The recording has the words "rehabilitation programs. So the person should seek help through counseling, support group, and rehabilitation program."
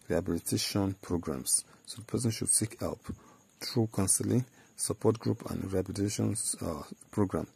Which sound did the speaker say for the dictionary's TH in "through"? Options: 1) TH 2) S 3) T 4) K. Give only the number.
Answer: 3